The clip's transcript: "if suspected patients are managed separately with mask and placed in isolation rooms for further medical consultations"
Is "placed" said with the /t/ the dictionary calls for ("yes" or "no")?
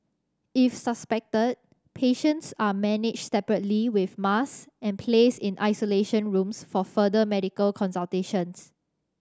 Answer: no